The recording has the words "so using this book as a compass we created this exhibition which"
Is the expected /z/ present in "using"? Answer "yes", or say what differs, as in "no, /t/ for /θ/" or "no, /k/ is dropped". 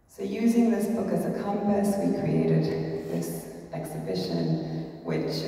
yes